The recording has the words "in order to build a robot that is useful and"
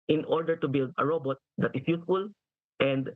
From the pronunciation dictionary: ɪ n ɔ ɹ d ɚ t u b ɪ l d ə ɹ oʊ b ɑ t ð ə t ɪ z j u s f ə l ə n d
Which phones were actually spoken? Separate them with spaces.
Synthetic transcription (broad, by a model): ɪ n ɔ ɹ d ɚ t u b ɪ l d ə ɹ oʊ b ɑ t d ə t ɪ s j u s f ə l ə n d